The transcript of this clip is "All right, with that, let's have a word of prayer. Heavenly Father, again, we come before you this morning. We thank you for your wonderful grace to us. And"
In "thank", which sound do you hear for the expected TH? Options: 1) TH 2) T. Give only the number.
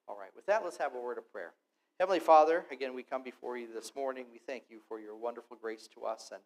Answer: 1